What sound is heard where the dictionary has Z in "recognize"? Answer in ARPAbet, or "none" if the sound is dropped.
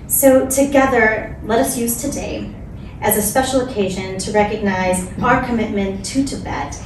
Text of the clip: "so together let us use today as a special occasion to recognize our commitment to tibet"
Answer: Z